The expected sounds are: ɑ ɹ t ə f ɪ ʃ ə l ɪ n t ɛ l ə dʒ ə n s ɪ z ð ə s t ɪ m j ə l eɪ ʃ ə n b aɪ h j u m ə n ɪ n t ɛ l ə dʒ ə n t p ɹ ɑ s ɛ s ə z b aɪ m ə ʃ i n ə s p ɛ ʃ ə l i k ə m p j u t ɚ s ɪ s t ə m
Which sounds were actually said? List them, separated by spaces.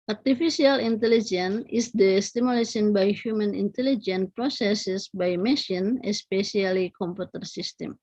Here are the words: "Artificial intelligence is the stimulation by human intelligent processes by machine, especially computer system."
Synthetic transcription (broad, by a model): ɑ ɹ t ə f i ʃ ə l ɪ n t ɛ l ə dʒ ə n ɪ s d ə s t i m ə l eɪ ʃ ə n b aɪ h j u m ə n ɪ n t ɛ l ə dʒ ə n p ɹ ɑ s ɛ s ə s b aɪ m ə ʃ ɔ n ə s p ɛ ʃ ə l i k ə m p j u t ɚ s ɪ s t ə m